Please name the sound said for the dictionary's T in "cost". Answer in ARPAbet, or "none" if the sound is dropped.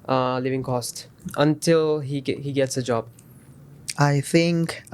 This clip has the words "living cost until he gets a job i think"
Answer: T